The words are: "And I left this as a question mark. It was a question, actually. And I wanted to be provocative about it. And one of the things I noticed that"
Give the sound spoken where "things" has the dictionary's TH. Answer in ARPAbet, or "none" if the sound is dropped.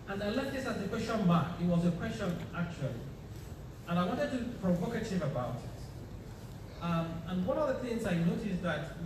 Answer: TH